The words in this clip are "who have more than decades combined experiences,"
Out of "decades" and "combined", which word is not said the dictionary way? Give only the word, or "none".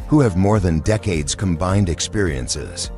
none